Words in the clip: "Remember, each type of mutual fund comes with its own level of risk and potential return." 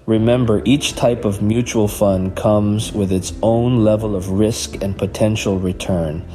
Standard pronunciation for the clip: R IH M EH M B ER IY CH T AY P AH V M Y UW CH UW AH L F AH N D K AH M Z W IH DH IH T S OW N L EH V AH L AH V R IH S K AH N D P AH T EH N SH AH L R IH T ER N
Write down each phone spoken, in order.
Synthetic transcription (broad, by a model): R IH M EH M B ER IY CH T AY P AH V M Y UW CH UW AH L F AH N K AH M Z W IH DH IH T S OW N L EH V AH L AH V R IH S K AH N P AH T EH N SH L R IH T ER N